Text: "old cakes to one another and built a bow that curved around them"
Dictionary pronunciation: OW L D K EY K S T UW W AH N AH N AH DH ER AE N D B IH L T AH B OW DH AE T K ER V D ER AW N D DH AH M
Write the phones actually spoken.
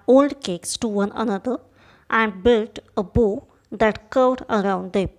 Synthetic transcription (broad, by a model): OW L D K EY K S T UW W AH N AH N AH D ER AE N D B IH L T AH B OW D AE T K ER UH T ER AW N D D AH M